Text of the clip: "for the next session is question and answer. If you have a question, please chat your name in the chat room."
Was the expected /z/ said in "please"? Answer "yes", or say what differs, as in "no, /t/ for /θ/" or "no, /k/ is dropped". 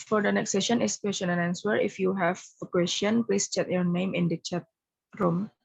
no, /s/ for /z/